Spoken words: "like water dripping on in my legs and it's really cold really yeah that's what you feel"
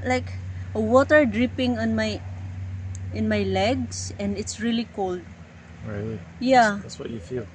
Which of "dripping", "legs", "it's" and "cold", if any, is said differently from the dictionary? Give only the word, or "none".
legs